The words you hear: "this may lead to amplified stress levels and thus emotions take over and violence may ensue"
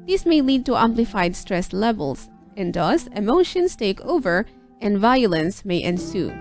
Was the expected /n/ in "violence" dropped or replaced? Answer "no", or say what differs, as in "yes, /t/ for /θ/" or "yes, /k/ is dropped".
no